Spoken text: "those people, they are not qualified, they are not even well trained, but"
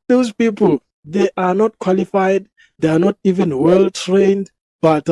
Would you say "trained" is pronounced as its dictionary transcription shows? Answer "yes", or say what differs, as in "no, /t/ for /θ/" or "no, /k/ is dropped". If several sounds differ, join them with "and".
yes